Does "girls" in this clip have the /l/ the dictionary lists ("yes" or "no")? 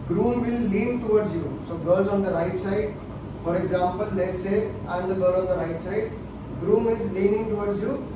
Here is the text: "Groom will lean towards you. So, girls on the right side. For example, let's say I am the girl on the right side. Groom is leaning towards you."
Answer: no